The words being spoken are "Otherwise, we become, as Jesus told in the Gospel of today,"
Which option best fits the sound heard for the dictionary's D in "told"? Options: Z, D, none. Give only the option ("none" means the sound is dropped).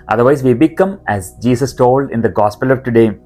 D